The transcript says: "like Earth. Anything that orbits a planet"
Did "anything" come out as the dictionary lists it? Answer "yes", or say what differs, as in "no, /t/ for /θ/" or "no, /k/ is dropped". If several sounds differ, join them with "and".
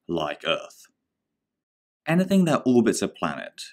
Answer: yes